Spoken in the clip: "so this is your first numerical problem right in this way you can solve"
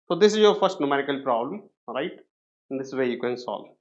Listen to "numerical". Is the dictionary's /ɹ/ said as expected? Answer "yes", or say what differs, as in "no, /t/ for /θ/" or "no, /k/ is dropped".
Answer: yes